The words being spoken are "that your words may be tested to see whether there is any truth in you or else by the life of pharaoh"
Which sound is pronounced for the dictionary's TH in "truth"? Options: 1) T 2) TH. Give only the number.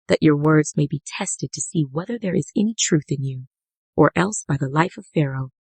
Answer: 2